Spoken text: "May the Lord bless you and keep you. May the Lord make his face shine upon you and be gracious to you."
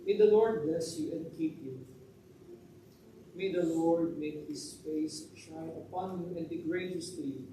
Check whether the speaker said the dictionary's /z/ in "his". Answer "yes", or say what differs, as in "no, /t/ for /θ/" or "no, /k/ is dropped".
no, /s/ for /z/